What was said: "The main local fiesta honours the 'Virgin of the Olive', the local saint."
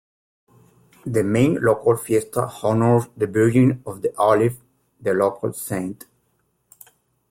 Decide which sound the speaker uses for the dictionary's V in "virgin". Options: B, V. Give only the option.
B